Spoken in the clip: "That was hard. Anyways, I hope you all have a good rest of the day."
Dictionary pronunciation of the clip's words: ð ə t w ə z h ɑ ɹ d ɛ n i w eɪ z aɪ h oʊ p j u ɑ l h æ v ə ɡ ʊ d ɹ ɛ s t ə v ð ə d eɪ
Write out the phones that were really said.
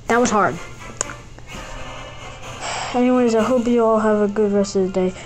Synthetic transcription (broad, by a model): ð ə t w ə z h ɑ ɹ d ɛ n i w eɪ z aɪ h oʊ p j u ɑ l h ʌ v ə ɡ ʊ d ɹ ɛ s t ə v ð ə d eɪ